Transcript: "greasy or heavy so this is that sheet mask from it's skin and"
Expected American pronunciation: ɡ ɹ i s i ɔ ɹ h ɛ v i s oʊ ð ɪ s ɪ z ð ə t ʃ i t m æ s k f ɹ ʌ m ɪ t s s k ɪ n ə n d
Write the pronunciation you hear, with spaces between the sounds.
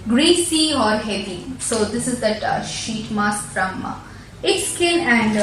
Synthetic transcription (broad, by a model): ɡ ɹ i s i ɔ ɹ h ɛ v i s oʊ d ɪ s ɪ z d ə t ʃ i t m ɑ s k f ɹ ʌ m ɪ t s s k ɪ n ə n d